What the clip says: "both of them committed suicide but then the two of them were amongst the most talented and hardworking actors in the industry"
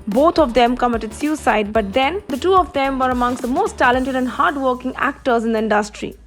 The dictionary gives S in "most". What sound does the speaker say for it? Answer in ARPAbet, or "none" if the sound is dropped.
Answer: S